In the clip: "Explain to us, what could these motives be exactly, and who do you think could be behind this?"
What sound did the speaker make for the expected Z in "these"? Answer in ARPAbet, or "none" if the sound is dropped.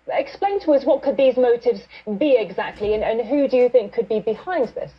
Z